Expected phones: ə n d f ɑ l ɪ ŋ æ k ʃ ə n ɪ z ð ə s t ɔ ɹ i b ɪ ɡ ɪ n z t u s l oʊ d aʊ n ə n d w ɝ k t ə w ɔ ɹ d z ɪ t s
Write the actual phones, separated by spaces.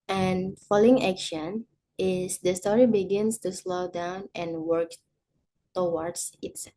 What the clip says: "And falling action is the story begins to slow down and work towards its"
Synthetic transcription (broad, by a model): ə n f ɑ l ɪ ŋ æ k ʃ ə n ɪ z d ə s t ɔ ɹ i b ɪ ɡ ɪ n s t u s l oʊ d aʊ n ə n w ɝ k t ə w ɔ ɹ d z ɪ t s